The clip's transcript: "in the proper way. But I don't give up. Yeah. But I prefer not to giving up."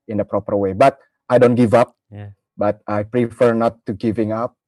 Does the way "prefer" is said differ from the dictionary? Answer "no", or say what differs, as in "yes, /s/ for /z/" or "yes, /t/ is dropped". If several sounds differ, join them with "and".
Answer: no